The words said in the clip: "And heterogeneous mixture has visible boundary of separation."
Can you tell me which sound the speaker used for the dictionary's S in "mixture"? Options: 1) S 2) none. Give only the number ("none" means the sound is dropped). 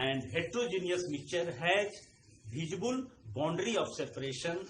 2